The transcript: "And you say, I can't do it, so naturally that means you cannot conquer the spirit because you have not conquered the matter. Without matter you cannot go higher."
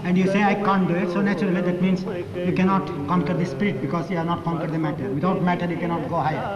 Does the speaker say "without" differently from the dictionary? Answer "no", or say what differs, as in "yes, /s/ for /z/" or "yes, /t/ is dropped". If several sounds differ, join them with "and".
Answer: yes, /t/ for /θ/